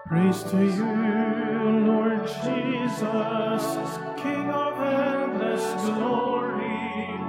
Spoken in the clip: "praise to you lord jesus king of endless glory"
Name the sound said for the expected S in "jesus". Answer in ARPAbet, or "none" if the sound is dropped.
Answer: S